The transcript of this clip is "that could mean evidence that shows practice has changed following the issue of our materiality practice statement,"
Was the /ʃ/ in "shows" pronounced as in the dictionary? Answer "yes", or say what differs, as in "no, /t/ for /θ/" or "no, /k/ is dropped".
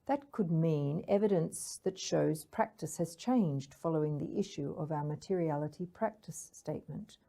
yes